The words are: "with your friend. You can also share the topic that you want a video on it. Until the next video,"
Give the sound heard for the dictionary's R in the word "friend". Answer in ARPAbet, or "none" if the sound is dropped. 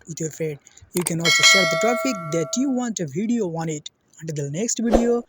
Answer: none